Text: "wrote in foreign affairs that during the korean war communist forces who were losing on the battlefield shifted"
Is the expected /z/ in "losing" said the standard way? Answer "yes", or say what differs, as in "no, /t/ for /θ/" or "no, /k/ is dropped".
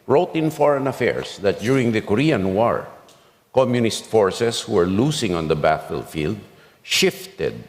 no, /s/ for /z/